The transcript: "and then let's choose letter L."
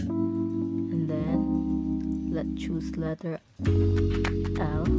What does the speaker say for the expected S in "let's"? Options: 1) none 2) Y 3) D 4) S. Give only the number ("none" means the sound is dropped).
1